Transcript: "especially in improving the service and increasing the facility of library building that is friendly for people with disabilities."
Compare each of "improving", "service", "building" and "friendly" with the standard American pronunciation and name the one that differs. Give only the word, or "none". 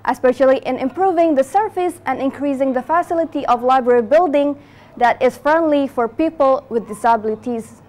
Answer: service